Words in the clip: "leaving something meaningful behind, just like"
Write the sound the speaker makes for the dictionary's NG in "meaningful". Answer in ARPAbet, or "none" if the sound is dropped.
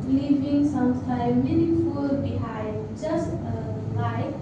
none